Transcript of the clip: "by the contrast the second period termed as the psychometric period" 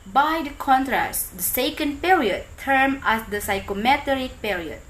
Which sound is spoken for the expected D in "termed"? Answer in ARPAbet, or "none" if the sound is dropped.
none